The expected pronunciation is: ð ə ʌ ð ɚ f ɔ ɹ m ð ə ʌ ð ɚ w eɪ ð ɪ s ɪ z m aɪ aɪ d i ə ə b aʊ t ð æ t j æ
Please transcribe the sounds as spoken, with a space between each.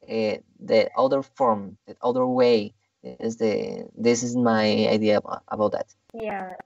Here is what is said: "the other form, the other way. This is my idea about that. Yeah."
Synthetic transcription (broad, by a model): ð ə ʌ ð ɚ f ɔ ɹ m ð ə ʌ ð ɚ w eɪ ð ɪ s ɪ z m aɪ aɪ d i ə ə b aʊ t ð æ t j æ